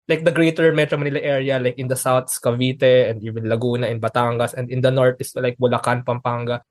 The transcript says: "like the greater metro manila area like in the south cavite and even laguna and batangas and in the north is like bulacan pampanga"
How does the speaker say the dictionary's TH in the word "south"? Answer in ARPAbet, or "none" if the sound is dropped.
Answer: S